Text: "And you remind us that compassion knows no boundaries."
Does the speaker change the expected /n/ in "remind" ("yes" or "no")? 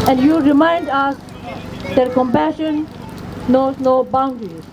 no